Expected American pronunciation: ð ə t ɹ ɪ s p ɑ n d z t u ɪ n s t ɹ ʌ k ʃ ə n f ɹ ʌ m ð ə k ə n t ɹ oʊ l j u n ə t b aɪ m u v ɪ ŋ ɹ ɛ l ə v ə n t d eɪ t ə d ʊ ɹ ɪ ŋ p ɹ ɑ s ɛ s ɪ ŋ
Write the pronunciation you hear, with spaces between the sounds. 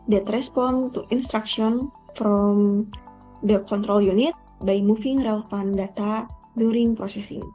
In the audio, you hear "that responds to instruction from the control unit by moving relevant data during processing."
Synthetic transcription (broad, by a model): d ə t ɹ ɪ s p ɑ n t u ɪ n s t ɹ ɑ k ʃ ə n f ɹ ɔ m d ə k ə n t ɹ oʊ l j u n ə t b aɪ m u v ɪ ŋ ɹ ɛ l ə f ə n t d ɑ t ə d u ɹ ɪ ŋ p ɹ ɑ s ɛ s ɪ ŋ